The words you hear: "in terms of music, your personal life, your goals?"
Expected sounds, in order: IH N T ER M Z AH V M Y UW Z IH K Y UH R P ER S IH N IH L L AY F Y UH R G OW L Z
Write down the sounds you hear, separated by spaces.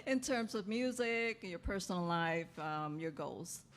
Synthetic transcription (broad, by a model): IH N T ER M Z AH V M Y UW Z IH K Y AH R P ER S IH N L L AY F Y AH R G OW L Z